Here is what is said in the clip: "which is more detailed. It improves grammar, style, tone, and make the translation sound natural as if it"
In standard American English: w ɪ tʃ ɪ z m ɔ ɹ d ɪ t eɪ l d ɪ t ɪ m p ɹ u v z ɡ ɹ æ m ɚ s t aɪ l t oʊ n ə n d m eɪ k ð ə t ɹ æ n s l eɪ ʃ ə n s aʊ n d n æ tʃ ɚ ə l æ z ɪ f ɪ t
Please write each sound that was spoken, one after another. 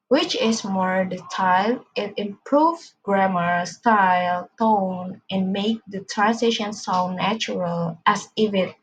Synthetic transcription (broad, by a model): w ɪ tʃ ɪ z m ɔ ɹ d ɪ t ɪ l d ɪ t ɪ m p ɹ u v ɡ ɹ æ m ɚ s t aɪ l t oʊ n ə n m eɪ k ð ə t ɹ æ n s ɪ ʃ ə n s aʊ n n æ tʃ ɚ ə l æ s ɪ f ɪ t